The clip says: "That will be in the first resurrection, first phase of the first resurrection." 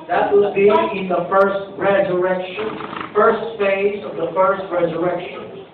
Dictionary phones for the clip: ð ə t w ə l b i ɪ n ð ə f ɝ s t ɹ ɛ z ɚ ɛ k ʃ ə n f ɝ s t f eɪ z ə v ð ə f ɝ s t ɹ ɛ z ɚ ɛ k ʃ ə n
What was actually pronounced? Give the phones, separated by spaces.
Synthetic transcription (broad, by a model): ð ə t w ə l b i ɪ n ð ə f ɝ s t ɹ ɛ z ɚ ɛ k ʃ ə n f ɝ s t f eɪ z ə v ð ə f ɝ s t ɹ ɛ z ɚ ɛ k ʃ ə n